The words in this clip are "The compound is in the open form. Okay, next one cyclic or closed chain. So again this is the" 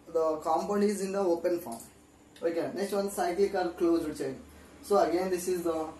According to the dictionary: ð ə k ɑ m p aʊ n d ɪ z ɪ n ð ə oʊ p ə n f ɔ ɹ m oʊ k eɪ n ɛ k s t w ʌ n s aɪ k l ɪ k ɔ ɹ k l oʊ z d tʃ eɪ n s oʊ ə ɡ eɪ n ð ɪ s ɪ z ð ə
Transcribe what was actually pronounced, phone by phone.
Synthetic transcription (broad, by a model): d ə k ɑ m p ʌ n ɪ z ɪ n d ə oʊ p ə n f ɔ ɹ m oʊ k eɪ n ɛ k s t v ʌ n s aɪ k l ɪ k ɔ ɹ k l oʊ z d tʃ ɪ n s oʊ ə ɡ eɪ n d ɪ s ɪ z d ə